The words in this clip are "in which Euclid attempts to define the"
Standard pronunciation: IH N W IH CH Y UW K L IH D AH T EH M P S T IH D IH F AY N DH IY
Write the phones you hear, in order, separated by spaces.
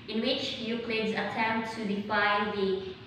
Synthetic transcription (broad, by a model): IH N W IH CH Y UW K L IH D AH T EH M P T IH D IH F AY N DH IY